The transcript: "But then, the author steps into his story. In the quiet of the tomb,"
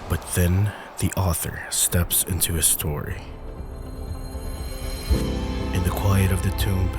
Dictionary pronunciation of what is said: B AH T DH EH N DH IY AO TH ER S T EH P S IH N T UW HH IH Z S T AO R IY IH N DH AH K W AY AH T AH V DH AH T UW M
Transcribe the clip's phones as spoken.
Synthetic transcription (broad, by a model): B AH T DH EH N DH IY AO TH ER S T EH P S IH N T UW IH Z S T AO R IY IH N DH AH K W AY AH T AH V DH AH T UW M